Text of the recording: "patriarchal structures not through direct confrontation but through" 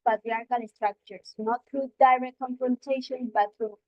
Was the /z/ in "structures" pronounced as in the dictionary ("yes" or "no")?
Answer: no